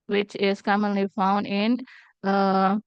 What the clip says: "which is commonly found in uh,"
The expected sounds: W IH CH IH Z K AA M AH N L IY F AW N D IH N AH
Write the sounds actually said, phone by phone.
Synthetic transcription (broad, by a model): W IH CH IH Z K AA M AH N L IY F AW N D IH N